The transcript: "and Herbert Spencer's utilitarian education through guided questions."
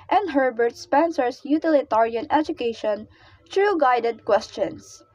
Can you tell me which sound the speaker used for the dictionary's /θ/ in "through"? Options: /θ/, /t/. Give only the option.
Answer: /t/